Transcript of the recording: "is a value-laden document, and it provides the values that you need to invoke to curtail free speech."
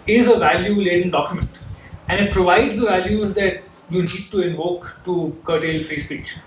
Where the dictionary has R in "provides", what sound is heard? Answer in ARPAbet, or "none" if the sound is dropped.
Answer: R